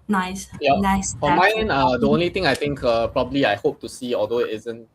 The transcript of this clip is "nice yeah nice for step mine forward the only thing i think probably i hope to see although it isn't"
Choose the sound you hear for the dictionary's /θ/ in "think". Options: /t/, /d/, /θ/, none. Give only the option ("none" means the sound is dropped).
/t/